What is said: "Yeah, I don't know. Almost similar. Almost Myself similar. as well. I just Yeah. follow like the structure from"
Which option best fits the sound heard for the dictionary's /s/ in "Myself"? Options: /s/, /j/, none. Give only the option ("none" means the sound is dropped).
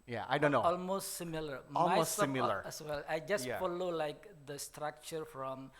none